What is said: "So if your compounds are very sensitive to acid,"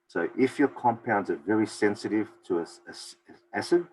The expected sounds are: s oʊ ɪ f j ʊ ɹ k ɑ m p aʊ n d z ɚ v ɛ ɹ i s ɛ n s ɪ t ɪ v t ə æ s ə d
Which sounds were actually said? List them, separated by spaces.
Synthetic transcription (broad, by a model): s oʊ ɪ f j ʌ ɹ k ɑ m p aʊ n d z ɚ v ɛ ɹ i s ɛ n s ɪ t ɪ v t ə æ s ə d